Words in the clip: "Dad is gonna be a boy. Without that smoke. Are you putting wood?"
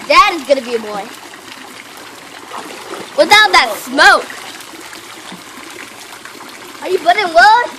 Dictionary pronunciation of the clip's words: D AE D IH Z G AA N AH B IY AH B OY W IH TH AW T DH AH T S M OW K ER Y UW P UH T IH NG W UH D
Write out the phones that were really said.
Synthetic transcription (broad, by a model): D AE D IH Z G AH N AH B IY AH B OY W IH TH AW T DH AH T S M OW K ER Y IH B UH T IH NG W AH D